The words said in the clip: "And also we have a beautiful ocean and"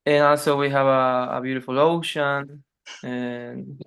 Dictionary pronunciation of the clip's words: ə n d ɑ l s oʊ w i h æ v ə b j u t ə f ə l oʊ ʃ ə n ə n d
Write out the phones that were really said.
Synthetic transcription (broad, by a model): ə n ɑ l s oʊ w i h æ v ə b j u t ə f ə l oʊ ʃ ə n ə n